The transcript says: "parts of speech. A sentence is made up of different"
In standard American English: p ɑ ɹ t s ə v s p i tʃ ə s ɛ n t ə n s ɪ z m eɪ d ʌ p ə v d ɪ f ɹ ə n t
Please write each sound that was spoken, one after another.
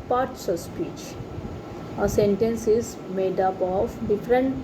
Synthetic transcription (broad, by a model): p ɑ ɹ t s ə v s p i tʃ ə s ɛ n t ə n s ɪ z m eɪ d ʌ p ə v d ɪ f ɹ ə n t